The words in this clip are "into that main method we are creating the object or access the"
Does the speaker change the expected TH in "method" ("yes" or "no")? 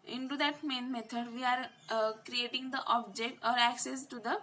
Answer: yes